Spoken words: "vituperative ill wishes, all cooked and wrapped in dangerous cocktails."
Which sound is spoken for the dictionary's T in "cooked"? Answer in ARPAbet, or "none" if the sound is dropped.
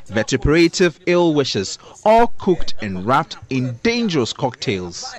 T